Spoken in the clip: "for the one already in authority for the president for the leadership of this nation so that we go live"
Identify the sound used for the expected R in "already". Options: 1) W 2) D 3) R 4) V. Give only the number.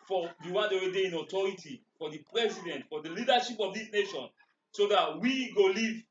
1